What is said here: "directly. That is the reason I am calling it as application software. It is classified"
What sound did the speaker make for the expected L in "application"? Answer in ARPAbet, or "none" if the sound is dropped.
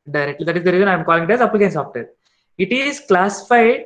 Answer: none